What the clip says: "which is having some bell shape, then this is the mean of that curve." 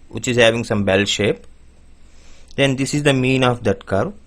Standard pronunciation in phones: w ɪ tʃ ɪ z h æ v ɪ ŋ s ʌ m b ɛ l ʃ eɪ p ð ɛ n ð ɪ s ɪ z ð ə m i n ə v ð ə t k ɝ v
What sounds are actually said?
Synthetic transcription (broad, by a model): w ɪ tʃ ɪ z h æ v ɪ ŋ s ʌ m b ɛ l ʃ eɪ p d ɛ n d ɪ s ɪ z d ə m i n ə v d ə t k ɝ